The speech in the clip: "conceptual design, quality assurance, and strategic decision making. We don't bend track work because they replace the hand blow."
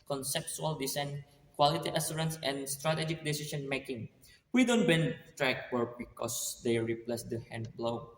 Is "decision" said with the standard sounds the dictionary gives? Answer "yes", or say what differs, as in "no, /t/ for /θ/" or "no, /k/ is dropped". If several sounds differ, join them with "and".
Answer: no, /ʃ/ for /ʒ/